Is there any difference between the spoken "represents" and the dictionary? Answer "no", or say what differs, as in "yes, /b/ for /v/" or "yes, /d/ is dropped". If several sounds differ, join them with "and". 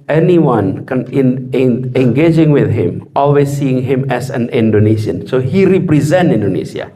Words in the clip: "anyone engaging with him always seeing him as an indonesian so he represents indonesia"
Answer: yes, /s/ is dropped